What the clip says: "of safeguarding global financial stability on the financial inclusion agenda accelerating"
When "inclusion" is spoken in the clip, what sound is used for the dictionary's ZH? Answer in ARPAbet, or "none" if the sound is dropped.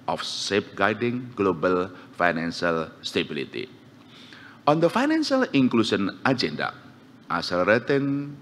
SH